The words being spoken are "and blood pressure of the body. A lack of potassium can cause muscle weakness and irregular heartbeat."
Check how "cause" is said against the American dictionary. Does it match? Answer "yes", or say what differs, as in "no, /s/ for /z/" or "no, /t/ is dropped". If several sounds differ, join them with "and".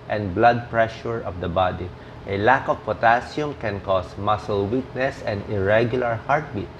no, /s/ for /z/